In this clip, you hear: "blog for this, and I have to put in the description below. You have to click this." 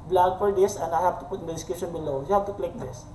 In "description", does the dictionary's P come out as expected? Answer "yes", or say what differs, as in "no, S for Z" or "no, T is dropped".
no, P is dropped